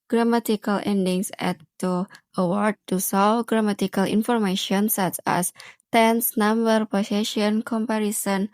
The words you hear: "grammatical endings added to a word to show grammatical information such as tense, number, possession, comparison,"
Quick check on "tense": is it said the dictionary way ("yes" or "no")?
yes